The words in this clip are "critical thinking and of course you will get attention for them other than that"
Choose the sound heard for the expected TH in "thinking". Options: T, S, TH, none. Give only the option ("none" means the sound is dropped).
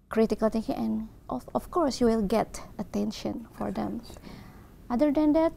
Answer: T